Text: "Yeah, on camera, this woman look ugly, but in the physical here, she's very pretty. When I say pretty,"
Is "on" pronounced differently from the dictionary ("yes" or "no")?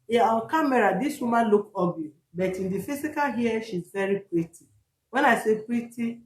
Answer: yes